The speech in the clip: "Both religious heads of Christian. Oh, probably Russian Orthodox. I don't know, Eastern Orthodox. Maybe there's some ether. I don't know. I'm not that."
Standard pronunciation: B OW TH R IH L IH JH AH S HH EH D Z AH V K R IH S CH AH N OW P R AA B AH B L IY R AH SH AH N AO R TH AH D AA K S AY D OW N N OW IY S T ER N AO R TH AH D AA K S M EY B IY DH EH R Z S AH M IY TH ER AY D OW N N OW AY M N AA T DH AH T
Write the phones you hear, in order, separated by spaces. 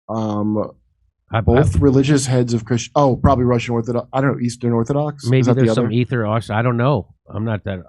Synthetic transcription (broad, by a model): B OW TH R IH L IH JH AH S HH EH D Z AH V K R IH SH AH UH P R AA B AH B L IY R AH SH AH N AO R TH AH D AA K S AY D OW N N OW IY S T ER N AO R TH AH D AA K S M EY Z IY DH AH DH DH S AH M IY TH ER AY D OW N N OW AY M N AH T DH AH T